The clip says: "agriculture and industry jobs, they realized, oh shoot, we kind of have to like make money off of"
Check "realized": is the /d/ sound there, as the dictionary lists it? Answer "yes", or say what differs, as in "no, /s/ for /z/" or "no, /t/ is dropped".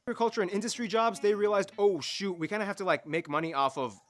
yes